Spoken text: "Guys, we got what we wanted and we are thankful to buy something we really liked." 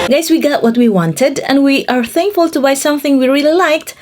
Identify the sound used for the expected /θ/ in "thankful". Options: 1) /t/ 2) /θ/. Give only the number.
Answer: 2